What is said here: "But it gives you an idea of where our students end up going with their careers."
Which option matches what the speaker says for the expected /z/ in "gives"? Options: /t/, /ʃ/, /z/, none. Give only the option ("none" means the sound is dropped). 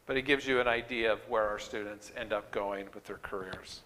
/z/